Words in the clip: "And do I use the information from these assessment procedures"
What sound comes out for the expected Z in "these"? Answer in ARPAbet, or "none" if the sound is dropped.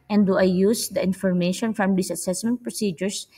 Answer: S